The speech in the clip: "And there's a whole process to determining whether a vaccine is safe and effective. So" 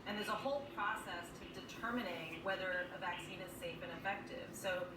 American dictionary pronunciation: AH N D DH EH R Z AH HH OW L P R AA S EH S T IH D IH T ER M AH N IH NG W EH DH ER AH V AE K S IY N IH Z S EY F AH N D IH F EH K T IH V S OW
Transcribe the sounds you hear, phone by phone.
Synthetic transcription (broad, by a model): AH N DH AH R Z AH HH OW L P R AA S EH S T IH D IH T ER M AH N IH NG W EH DH ER AH V AE K S IY N IH Z S EY F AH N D IH F EH K T IH V S OW